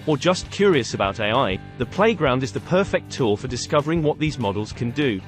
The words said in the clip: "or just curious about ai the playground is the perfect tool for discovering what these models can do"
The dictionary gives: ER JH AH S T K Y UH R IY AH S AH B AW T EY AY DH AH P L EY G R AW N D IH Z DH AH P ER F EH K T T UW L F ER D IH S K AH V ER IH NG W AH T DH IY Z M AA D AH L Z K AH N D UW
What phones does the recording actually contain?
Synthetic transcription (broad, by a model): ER JH AH S K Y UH R IY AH S AH B AW T EY AY DH AH P L EY G R AW N D IH Z DH AH P ER F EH K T T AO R F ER D IH S K AH V ER IH NG W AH T DH IY Z M AA D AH L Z K AH N D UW